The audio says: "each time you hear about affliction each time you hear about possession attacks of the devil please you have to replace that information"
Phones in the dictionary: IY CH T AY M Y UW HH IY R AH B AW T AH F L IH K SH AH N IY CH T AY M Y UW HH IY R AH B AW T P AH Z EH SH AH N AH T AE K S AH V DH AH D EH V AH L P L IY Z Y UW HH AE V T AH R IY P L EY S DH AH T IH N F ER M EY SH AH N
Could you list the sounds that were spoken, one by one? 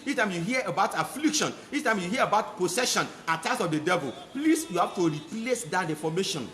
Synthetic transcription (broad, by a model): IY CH T AY M Y UW HH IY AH AH B AW T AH F L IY K SH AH N IY CH T AY M Y UW HH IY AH AH B AW T P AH S EH SH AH N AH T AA S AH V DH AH D EH V AH L P L IY S Y UW HH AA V T AH R IY P L EY S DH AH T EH F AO M EY SH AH N